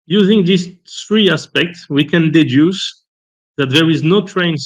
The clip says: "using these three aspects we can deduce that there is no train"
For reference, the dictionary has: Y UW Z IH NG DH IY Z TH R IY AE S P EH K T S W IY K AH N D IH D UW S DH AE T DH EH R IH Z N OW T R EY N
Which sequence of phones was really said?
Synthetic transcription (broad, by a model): Y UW Z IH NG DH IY S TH R IY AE S P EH K T S W IY K AH N D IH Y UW S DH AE T DH EH R IH Z N OW T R EY N